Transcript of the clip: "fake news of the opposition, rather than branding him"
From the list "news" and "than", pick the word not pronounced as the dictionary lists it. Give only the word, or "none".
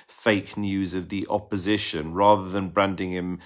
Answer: none